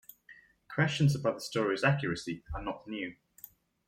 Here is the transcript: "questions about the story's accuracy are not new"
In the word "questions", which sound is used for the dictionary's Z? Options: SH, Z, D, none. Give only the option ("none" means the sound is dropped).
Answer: Z